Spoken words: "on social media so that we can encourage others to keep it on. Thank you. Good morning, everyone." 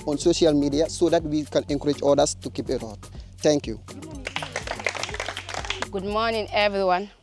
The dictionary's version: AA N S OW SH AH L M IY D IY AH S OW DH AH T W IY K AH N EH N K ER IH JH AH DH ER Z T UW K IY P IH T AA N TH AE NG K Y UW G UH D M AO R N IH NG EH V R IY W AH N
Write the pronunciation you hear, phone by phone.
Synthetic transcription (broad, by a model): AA N S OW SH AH L M IY D IY AH S OW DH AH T W IY K AH N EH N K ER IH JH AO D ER S T UW K IY P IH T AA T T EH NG K Y UW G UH D M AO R N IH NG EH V R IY W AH N